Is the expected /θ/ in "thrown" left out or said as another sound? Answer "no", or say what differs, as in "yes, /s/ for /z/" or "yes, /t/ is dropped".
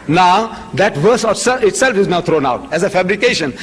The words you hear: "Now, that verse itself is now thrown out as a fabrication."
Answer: yes, /t/ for /θ/